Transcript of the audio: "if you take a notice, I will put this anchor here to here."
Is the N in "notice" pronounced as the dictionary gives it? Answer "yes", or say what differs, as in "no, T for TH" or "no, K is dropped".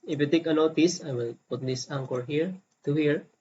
no, L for N